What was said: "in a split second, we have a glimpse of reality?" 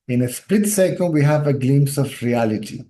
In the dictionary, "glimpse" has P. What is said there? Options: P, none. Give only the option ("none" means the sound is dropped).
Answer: none